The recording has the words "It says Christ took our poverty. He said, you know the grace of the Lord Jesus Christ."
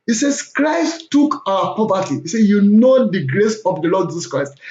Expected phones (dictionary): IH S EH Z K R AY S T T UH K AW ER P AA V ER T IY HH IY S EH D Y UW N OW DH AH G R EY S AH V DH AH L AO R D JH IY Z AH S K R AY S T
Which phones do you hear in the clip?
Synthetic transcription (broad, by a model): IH S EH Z K R AY S T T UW K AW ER P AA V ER T IY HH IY S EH Y UW N OW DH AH G R EY S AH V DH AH L AO D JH IY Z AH S K R AY S T